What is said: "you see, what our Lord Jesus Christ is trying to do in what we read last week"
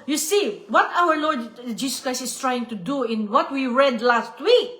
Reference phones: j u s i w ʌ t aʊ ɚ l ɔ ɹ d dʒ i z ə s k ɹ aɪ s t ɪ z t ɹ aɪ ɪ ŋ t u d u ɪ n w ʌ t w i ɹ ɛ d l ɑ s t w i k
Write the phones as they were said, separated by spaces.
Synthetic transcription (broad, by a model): j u s i w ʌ t aʊ ɚ l ɔ ɹ d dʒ i s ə s k ɹ aɪ s t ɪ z t ɹ aɪ ɪ ŋ t u d u ɪ n w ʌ t w i ɹ ɛ d l ɑ s t w i k